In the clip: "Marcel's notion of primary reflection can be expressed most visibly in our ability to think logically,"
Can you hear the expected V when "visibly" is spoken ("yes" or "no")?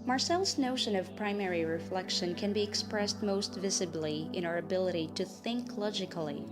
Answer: yes